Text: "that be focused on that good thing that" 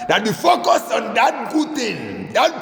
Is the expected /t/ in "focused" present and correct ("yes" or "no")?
no